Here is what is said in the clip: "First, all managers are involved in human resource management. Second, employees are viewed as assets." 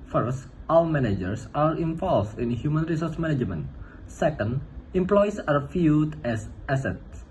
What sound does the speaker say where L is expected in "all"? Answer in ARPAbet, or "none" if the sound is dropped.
W